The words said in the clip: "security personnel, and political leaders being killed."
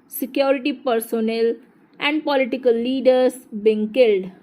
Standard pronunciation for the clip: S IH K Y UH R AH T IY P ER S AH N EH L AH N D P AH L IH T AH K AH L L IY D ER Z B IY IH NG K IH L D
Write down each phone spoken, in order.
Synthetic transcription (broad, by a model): S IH K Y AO R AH T IY P ER S AH N EH L AH N D P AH L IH T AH K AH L L IY D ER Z B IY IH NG K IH L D